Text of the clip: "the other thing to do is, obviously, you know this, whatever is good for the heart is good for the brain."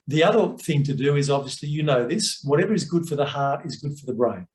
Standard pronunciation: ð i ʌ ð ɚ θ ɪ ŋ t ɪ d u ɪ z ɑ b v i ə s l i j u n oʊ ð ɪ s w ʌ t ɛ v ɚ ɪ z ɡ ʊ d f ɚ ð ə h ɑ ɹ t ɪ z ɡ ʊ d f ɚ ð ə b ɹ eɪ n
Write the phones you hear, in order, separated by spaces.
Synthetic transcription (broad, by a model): ð i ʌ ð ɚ θ ɪ ŋ t ɪ d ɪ ɪ z ɑ b v i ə s l i j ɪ n oʊ ð ɪ s w ʌ t ɛ v ɚ ɪ z ɡ ʊ d f ɚ ð ə h ɑ ɹ t ɪ z ɡ ʊ d f ɚ ð ə b ɹ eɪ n